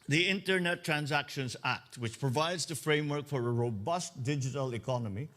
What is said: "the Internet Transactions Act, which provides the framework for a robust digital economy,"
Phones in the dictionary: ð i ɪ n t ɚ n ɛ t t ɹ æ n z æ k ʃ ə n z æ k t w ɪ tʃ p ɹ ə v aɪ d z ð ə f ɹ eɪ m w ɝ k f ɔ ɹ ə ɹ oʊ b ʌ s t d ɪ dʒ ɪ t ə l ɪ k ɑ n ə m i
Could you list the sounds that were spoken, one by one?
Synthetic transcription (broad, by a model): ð i ɪ n t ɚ n ɛ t t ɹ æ n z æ k ʃ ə n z æ k t w ɪ tʃ p ɹ ə v aɪ d z ð ə f ɹ eɪ m w ɝ k f ɔ ɹ ə ɹ oʊ b ʌ s t d ɪ dʒ ɪ t ə l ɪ k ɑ n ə m i